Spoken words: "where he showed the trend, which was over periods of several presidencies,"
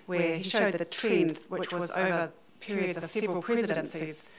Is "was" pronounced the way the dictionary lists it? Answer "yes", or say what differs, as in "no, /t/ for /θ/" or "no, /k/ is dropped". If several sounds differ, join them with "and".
yes